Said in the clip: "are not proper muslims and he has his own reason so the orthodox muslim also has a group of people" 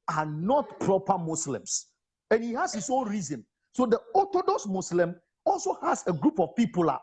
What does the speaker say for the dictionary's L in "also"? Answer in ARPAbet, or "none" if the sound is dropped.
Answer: L